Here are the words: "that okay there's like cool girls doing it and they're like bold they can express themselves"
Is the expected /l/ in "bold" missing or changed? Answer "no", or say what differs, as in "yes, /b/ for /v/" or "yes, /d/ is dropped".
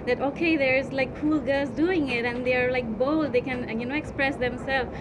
yes, /l/ is dropped